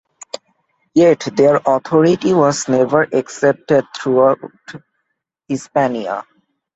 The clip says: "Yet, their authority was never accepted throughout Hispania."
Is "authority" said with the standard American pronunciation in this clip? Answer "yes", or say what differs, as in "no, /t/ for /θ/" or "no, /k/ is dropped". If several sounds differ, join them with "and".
no, /t/ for /θ/